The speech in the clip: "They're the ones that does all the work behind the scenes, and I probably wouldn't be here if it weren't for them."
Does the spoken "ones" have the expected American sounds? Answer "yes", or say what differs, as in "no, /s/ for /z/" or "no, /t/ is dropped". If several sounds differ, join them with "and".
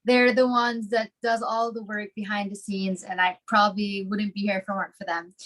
yes